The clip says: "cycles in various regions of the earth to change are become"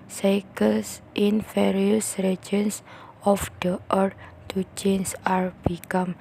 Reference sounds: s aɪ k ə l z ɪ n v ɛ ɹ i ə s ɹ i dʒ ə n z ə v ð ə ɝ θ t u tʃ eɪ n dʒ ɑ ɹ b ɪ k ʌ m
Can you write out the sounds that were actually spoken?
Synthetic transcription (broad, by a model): s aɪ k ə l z ɪ n f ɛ ɹ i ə s ɹ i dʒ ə n s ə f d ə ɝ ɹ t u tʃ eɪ n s ɑ ɹ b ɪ k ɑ m